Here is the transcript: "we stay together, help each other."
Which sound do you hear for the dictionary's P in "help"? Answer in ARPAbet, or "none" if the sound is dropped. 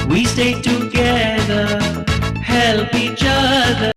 P